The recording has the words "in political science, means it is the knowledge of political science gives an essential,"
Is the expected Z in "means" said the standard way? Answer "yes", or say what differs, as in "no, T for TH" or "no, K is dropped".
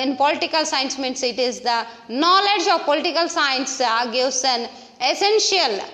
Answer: no, S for Z